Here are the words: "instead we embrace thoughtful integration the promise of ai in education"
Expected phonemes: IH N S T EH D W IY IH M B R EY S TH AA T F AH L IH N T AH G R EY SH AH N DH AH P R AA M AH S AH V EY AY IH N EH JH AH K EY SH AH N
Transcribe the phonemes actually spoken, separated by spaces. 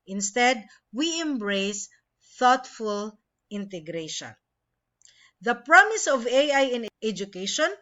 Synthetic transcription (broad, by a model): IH N S T EH D W IY IH M B R EY S TH AA T F AH L IH N T AH G R EY SH AH N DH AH P R AA M AH S AH V EY AY IH N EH JH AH K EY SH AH N